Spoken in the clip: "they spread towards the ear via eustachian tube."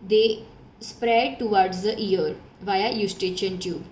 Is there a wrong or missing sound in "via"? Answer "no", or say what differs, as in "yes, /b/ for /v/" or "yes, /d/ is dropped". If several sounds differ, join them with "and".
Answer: no